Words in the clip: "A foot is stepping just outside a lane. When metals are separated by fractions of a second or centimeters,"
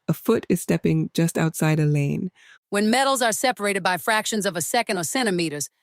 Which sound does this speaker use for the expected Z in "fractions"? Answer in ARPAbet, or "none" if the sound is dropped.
Z